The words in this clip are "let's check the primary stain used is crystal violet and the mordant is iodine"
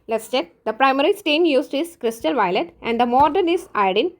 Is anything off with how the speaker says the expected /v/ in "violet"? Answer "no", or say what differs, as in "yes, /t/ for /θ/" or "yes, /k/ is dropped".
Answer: no